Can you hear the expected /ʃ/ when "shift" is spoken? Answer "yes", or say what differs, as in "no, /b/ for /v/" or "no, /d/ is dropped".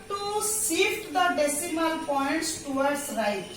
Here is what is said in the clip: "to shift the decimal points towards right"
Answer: no, /s/ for /ʃ/